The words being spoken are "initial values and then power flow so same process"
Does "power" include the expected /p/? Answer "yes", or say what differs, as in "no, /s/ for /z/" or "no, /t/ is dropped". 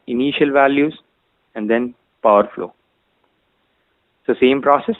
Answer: yes